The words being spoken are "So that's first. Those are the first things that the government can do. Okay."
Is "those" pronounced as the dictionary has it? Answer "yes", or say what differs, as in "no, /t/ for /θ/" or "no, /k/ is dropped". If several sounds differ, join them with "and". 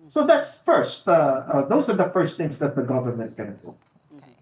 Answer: yes